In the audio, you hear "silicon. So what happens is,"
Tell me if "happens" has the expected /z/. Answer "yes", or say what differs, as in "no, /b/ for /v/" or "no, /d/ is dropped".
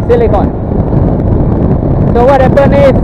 no, /z/ is dropped